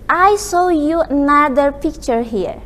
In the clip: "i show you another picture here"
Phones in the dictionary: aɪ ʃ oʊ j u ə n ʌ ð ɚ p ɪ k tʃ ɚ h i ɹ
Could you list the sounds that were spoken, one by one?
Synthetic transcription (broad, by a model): aɪ s oʊ j u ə n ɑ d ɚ p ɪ k tʃ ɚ h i ɹ